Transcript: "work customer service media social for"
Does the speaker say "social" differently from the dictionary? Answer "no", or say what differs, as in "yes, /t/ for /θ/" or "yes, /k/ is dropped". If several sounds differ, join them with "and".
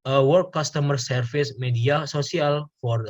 yes, /s/ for /ʃ/